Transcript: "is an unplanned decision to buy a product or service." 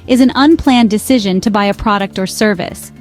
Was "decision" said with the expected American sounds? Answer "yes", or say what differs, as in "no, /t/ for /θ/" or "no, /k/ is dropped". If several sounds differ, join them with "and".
yes